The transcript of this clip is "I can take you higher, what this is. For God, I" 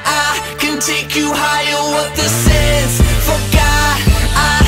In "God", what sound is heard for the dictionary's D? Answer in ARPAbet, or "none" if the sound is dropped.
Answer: none